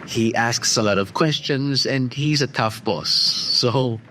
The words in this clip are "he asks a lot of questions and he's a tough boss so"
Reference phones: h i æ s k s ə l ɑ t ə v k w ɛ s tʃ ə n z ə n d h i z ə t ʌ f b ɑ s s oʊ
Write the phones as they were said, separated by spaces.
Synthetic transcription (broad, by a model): h i æ s k s ə l ɑ t ə v k w ɛ s tʃ ə n z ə n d h i z ə t ʌ f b ɑ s s oʊ